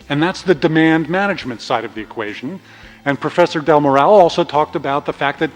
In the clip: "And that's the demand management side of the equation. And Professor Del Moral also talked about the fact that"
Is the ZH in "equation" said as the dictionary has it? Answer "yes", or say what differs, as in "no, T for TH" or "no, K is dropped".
yes